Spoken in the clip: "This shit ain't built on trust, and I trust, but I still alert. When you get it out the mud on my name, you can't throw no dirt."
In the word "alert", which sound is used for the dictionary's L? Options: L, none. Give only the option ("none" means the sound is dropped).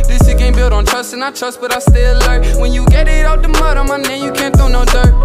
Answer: none